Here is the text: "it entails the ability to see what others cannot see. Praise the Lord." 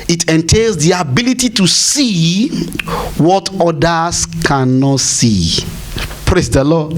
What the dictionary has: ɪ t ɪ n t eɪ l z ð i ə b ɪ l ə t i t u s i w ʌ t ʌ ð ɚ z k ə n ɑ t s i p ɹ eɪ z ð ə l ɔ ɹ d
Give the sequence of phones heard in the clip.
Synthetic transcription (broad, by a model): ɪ t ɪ n t eɪ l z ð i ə b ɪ l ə t i t u s i w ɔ t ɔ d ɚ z k ə n ɑ t s i p ɹ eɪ s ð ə l ɔ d